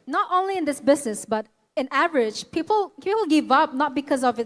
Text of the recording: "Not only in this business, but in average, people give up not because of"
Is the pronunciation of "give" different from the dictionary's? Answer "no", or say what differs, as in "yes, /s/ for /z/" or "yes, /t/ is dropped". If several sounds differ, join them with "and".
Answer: no